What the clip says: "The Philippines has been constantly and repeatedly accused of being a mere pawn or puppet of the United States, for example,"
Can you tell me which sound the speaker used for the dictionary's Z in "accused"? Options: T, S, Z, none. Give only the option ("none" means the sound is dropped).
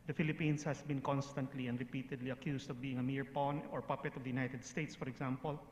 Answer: S